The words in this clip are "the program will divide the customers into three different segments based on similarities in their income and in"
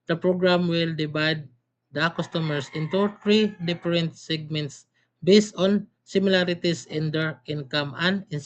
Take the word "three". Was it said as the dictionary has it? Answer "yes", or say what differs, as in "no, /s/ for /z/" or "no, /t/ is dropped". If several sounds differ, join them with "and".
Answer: no, /t/ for /θ/